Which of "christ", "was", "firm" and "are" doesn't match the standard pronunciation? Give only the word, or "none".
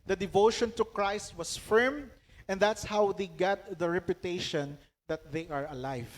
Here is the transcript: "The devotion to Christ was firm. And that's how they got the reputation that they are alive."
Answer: was